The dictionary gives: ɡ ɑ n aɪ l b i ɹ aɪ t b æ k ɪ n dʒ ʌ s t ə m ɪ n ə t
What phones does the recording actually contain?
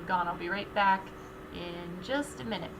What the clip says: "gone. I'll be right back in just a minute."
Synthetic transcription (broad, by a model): ɡ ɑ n aɪ l b i ɹ aɪ t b æ k ɪ n dʒ ʌ s t ə m ɪ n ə t